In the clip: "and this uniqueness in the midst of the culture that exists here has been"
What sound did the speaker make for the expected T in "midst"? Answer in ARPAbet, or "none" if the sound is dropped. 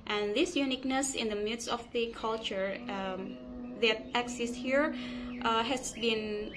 none